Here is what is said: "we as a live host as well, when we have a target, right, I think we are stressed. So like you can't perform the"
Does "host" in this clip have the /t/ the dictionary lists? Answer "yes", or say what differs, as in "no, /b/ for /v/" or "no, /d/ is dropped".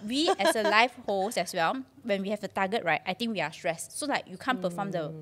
no, /t/ is dropped